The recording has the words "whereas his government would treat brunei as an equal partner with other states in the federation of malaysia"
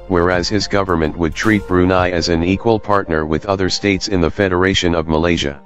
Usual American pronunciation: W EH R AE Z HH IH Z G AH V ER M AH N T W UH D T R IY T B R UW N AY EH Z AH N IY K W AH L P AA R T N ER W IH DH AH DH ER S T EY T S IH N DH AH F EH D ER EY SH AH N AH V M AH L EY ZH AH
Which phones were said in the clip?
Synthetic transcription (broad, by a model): W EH R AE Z HH IH Z G AH V ER M AH N T W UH D T R IY T B R UW N AY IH Z AH N IY K W AH L P AA R T N ER W IH DH AH DH ER S T EY T S IH N DH AH F EH D ER EY SH AH N AH V M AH L EY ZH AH